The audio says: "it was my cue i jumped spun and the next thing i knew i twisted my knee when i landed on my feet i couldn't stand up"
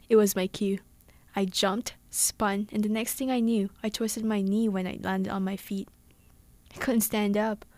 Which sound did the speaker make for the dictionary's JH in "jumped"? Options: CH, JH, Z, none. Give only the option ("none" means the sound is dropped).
JH